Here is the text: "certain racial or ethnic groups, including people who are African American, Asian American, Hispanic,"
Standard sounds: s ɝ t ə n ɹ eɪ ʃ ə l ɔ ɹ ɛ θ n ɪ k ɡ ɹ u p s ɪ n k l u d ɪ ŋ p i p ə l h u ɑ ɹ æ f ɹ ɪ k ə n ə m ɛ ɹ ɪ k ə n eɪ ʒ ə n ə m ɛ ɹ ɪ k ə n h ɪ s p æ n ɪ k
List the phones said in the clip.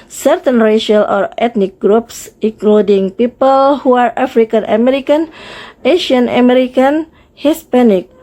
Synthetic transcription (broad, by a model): s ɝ t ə n ɹ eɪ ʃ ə l ɔ ɹ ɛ t n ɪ k ɡ ɹ u p s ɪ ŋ k l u d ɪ ŋ p i p ə l h u ɑ ɹ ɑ f ɹ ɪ k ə n ə m ɛ ɹ ɪ k ə n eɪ ʃ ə n ə m ɛ ɹ ɪ k ə n h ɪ s p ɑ n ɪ k